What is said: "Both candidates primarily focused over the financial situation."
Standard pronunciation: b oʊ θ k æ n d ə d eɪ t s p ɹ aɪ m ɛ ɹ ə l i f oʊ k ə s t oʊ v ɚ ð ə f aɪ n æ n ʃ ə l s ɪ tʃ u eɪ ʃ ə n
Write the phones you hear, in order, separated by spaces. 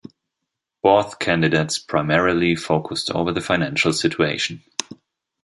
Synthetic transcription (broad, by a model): b oʊ θ k æ n d ə d eɪ t s p ɹ aɪ m ɛ ɹ ə l i f oʊ k ə s t oʊ v ɚ ð ə f aɪ n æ n ʃ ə l s ɪ tʃ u eɪ ʃ n